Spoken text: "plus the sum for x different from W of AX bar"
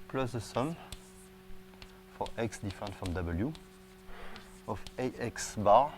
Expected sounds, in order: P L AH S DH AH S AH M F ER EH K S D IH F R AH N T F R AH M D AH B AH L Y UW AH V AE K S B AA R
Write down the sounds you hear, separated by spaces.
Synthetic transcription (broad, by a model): P L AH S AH S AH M F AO EH K S D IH F AH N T F R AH M D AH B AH L Y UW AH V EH K S B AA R